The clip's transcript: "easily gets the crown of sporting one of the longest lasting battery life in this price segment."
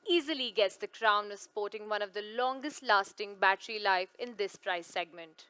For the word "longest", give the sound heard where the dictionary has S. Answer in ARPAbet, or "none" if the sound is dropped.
S